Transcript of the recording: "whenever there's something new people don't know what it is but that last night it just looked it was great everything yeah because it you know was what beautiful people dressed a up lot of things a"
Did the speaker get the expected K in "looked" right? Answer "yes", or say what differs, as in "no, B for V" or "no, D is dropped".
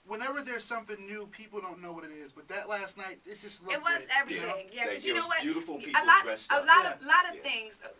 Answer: no, K is dropped